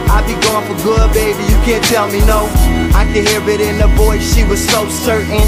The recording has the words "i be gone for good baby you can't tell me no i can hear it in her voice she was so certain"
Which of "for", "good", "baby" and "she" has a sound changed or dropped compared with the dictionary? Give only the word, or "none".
none